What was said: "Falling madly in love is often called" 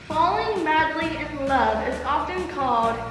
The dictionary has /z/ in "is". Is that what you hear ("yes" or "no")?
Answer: yes